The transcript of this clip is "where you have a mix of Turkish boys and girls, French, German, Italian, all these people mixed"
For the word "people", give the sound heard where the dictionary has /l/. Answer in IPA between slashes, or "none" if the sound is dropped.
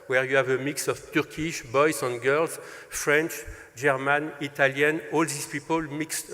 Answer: /l/